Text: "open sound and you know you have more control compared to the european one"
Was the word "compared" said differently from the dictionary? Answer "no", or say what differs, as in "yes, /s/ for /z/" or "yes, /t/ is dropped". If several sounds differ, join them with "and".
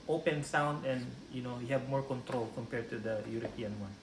no